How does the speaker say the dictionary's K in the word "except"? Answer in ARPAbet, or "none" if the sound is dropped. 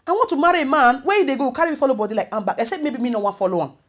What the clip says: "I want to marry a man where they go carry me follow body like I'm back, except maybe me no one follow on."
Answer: none